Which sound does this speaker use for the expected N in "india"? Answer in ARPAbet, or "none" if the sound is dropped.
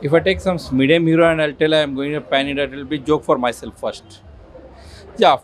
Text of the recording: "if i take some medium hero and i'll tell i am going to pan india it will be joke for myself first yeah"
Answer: none